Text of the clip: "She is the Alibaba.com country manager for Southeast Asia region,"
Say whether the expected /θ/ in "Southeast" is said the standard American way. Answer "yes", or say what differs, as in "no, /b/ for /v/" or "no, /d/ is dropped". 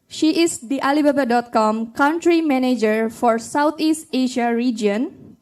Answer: no, /t/ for /θ/